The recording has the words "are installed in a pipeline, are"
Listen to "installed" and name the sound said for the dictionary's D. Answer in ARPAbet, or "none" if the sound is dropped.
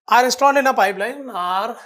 none